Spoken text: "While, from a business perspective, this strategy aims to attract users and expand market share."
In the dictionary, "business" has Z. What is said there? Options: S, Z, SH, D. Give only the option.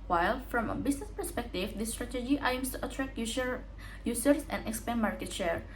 S